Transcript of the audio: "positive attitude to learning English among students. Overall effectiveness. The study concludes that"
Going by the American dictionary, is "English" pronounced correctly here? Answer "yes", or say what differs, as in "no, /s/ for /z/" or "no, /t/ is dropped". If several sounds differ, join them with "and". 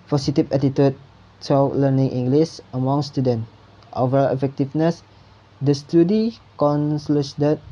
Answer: no, /s/ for /ʃ/